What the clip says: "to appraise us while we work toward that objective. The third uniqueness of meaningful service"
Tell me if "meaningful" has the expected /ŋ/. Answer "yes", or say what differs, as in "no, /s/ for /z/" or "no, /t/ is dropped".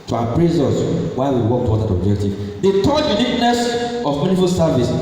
no, /ŋ/ is dropped